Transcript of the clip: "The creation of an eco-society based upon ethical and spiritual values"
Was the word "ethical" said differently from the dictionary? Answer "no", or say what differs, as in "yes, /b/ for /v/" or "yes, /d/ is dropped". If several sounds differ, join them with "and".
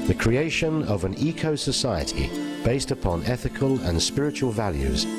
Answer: no